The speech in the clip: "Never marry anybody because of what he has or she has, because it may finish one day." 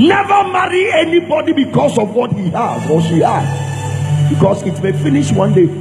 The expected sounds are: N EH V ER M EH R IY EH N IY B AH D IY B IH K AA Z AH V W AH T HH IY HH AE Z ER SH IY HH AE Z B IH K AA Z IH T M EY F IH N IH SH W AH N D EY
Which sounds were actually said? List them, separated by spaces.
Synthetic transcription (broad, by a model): N EH V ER M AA R IY EH N IY B AH D IY B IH K AA S AH V W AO T HH IY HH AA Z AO S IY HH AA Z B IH K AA S IH T M EY F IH N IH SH W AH N D EY